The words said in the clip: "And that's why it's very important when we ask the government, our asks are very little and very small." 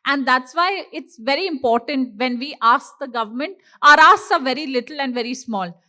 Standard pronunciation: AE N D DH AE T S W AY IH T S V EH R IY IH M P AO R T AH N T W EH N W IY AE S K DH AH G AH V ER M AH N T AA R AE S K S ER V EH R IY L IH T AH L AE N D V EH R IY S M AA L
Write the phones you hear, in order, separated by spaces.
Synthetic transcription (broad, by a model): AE N D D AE T S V AY IH T S V EH R IY IH M P AO R T AH N T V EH N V IY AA S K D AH G AH V ER M AH N T AA R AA S S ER V EH R IY L IH T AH L AE N D V EH R IY S M AA L